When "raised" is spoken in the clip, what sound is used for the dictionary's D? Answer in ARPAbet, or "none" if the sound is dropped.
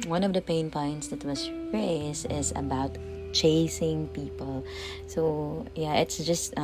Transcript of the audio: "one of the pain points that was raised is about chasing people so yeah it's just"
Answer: none